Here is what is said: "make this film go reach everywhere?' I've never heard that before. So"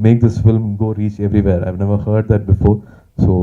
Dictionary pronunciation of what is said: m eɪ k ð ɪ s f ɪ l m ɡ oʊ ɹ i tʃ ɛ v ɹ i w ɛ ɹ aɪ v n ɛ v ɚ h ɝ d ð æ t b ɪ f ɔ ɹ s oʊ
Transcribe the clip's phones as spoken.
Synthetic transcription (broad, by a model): m eɪ k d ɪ s f ɪ l m ɡ oʊ ɹ i tʃ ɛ v ɹ i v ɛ ɹ aɪ v n ɛ v ɚ h ɝ d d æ t b ɪ f ɔ ɹ s oʊ